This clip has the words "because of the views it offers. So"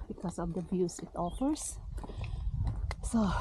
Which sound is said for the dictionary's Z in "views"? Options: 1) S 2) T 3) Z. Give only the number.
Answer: 1